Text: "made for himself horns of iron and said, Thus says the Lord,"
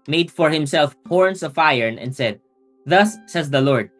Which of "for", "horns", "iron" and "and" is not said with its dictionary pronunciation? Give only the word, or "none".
horns